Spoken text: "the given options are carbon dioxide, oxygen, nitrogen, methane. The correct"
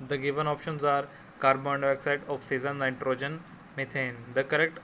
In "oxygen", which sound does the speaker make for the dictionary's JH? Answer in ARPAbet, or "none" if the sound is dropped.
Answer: Z